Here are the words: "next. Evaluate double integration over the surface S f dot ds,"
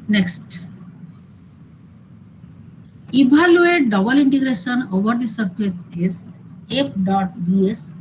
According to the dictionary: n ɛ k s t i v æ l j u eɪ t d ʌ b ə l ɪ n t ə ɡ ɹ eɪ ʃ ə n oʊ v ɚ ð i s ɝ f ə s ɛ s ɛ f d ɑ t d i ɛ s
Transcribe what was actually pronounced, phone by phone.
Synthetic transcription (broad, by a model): n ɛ k s t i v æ l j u eɪ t d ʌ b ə l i n t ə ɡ ɹ eɪ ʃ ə n oʊ v ɚ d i s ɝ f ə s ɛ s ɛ p d ɑ t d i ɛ s